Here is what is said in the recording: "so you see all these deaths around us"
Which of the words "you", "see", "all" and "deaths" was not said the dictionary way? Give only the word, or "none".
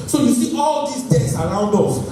deaths